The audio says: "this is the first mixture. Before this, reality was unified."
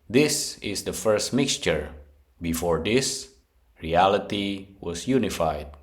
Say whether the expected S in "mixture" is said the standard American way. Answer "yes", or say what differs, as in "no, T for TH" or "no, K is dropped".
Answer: yes